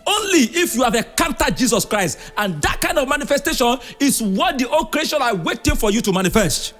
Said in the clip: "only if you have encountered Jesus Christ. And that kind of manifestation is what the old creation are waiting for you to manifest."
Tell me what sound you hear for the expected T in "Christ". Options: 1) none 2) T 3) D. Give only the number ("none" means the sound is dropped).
2